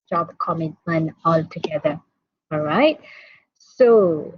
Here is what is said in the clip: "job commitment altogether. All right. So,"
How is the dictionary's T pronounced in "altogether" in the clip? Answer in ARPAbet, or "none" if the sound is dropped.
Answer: T